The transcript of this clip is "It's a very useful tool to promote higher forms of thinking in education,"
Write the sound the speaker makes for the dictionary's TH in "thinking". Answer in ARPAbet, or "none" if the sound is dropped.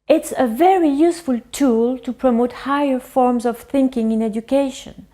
TH